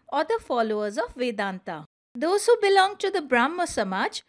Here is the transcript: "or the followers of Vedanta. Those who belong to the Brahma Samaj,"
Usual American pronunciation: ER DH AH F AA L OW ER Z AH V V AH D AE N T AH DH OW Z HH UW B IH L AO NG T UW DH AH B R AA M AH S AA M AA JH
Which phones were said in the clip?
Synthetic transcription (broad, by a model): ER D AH F AA L OW ER Z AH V V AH D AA N T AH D OW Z HH UW B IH L AO NG T UW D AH B R AA M AH S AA M AA JH